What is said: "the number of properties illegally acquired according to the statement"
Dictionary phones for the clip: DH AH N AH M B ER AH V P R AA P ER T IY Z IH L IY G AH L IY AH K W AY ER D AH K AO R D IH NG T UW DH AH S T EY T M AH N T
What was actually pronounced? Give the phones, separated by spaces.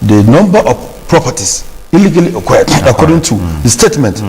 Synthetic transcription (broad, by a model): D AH N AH M B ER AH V P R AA P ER T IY S IH L IY G AH L IY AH K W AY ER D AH K AO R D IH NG T UW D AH S T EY T M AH N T